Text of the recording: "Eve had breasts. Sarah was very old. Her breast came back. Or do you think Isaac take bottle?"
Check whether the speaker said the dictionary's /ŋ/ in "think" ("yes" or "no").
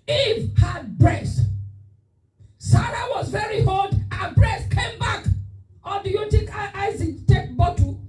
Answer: no